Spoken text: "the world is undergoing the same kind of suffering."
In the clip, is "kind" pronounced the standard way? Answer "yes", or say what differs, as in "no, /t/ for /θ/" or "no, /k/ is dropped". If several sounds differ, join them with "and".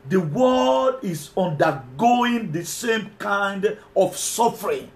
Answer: yes